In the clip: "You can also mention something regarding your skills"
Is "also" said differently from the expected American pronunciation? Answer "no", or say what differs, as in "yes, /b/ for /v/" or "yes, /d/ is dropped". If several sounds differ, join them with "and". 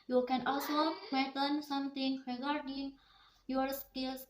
no